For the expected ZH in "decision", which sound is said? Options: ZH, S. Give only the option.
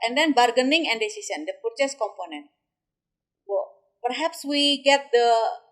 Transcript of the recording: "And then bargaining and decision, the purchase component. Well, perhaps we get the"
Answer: S